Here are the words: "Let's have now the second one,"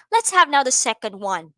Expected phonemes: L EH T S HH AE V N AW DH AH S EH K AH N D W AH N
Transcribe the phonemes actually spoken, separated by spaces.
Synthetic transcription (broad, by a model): L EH T S HH AE V N AW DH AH S EH K AH N D W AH N